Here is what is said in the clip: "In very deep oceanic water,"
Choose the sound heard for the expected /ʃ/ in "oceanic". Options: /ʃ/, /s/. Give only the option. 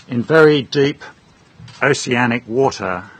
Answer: /s/